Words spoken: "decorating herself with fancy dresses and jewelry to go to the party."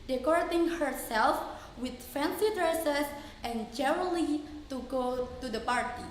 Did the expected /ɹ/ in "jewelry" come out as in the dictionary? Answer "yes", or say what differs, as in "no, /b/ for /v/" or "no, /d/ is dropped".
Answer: no, /ɹ/ is dropped